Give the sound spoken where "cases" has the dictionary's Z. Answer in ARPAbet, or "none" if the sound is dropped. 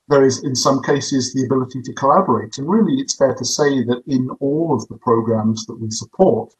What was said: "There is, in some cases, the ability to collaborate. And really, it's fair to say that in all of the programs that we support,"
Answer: Z